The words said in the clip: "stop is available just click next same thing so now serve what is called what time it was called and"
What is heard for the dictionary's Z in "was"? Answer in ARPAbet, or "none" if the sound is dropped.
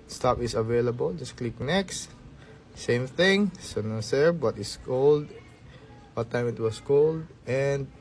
S